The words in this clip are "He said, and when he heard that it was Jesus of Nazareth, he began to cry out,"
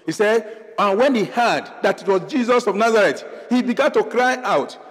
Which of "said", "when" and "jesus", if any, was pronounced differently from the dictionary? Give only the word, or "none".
none